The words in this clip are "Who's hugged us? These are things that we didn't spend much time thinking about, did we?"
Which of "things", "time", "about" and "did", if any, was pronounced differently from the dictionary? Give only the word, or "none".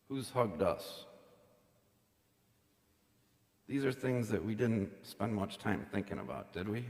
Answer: none